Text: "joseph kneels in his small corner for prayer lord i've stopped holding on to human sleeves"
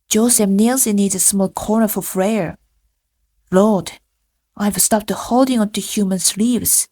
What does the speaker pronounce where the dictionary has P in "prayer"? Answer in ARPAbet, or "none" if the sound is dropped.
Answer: F